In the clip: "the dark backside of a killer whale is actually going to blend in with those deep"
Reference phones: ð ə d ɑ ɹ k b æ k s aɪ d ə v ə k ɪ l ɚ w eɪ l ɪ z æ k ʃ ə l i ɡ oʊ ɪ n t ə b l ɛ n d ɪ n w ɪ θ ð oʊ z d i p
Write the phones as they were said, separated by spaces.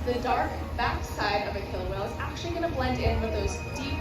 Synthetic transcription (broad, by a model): ð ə d ɑ ɹ k b æ k s aɪ d ə v ə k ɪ l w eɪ ɪ z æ k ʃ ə l i ɡ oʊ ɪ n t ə b l ɛ n d ɪ n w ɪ ð oʊ z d i p